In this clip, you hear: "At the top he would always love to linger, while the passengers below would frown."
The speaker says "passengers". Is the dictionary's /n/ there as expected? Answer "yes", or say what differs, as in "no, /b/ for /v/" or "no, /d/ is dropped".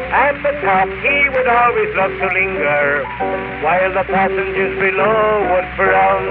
yes